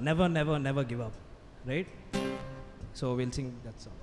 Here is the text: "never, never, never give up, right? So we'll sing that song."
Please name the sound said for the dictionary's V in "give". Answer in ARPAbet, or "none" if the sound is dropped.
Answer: V